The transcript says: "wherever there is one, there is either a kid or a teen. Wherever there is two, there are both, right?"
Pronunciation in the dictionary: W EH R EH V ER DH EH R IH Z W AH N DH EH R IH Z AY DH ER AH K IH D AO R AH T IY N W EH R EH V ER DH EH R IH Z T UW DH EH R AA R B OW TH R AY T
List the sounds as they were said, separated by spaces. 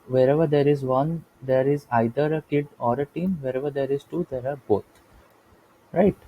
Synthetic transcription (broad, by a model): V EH R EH V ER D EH R IH Z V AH N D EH R IH Z AY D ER AH K IH D AO R AH T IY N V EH R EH V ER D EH R IH Z T UW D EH R AA R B OW T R AY T